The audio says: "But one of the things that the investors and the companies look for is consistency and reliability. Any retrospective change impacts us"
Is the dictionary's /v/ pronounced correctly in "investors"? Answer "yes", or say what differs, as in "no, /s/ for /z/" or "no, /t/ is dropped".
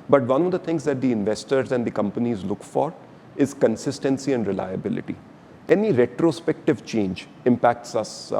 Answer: yes